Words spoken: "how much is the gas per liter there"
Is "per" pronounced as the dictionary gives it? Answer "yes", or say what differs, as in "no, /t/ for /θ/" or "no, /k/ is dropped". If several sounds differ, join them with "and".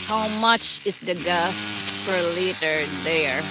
no, /f/ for /p/